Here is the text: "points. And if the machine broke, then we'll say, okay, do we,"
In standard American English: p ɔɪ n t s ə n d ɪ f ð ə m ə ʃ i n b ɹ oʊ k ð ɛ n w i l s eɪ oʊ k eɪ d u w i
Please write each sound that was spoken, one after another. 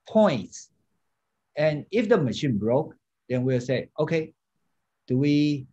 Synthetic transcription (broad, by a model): p ɔɪ n t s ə n ɪ f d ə m ə ʃ i n b ɹ oʊ k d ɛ n w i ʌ s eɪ oʊ k eɪ d u w i